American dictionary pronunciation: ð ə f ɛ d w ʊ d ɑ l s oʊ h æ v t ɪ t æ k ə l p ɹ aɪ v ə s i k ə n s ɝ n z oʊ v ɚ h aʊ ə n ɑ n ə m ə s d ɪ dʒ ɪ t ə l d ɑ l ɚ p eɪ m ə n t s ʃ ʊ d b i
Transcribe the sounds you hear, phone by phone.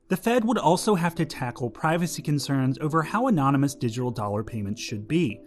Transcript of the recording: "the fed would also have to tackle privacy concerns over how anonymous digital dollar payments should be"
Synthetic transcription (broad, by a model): ð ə f ɛ d w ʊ d ɑ l s oʊ h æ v t ɪ t æ k l p ɹ aɪ v ə s i k ə n s ɝ n z oʊ v ɚ h aʊ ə n ɑ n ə m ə s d ɪ dʒ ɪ t l d ɑ l ɚ p eɪ m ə n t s ʃ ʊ d b i